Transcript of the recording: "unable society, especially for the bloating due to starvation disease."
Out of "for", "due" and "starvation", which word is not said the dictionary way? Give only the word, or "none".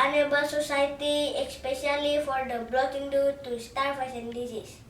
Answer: starvation